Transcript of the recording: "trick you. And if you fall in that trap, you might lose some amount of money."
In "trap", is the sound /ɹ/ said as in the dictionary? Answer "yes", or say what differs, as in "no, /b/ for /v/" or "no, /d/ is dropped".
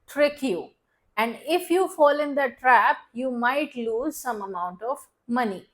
yes